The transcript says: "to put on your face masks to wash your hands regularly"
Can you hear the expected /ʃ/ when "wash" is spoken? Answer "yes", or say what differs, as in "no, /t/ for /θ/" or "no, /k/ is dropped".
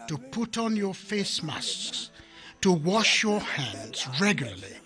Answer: yes